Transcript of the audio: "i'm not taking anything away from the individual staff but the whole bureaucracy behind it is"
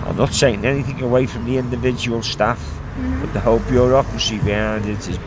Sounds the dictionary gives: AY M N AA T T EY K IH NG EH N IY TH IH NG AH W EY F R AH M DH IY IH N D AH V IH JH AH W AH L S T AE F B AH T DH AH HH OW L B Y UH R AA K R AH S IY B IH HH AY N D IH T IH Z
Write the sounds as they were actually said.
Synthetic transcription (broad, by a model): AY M N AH T S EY IH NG EH N IY TH IH NG AH W EY F R AH M DH IY IH N D AH V IH JH AH W AH L S T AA F B AH T DH AH HH OW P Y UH R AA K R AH S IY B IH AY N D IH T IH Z